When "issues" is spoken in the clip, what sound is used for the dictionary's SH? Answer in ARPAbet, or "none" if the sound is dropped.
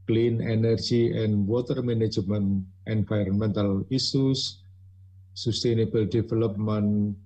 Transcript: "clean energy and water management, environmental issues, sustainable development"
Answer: S